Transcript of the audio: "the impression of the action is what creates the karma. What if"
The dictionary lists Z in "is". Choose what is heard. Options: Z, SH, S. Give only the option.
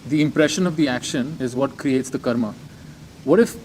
Z